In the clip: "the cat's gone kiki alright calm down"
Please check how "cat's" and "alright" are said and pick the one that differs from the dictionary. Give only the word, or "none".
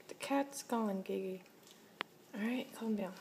alright